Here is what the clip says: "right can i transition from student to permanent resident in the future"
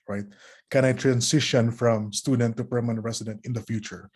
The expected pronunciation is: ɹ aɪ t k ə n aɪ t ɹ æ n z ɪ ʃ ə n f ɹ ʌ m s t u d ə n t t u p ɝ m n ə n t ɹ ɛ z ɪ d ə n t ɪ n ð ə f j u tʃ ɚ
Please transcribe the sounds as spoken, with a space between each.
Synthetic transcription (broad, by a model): ɹ aɪ t k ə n aɪ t ɹ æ n s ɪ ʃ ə n f ɹ ʌ m s t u d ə n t t u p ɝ m ə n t ɹ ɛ s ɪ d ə n t ɪ n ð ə f j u tʃ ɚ